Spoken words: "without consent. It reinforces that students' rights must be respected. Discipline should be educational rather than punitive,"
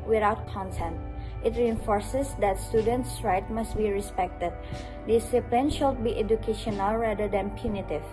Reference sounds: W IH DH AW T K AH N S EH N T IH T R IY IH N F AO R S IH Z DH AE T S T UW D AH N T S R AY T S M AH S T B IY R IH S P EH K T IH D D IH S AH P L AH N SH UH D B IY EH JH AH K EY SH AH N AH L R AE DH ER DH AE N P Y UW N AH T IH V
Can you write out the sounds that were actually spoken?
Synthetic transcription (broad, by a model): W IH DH AW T K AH N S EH N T IH T R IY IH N F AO R S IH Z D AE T S T UW D AH N T S R AY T M AH S T B IY R IH S P EH K T IH D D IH S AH P L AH N SH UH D B IY EH JH AH K EY SH AH N AH L R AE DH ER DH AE N P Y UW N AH T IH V